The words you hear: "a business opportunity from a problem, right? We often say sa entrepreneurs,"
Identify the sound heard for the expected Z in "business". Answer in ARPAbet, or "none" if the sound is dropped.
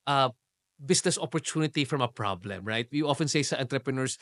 S